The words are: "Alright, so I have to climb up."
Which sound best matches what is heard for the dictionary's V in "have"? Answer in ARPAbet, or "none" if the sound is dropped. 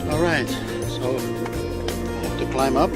F